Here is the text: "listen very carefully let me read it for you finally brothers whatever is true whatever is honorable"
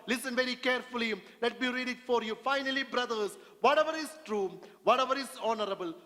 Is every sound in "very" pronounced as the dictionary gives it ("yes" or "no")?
yes